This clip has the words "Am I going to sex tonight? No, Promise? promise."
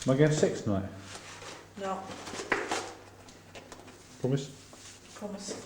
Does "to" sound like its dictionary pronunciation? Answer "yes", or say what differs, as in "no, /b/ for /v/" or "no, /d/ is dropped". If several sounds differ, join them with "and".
no, /s/ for /t/